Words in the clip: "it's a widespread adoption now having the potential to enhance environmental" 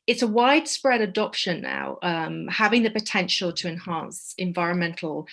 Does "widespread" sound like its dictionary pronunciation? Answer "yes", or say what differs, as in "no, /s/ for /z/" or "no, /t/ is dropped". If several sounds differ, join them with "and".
yes